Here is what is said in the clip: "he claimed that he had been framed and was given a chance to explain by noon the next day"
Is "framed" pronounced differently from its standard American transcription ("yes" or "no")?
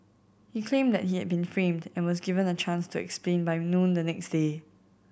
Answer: no